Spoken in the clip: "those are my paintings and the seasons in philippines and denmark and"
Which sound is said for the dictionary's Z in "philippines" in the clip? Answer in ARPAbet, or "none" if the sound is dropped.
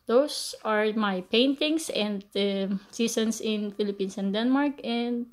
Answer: S